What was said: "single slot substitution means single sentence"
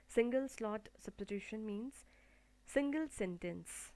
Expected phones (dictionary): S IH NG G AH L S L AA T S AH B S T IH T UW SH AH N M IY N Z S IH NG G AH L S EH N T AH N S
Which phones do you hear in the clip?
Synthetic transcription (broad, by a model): S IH NG G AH L S L AA T S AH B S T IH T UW SH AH N M IY N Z S IH NG G AH L S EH N T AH N S